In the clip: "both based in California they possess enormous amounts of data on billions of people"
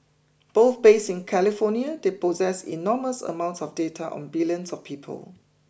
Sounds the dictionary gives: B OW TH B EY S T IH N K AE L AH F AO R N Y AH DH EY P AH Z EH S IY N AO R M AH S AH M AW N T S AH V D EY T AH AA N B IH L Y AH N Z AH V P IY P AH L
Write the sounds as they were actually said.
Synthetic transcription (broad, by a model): B OW TH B EY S IH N K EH L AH F AO N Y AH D EY P AH Z EH S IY N AO M AH S AH M AW N T S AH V D EY T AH AA N B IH L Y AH N S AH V P IY P AH L